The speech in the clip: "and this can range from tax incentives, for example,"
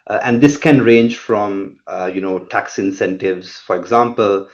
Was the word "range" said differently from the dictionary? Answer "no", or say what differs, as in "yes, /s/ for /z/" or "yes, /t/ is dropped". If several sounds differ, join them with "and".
no